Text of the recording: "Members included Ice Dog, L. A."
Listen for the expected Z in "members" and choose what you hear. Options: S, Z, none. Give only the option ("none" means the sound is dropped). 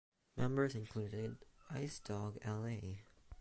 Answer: Z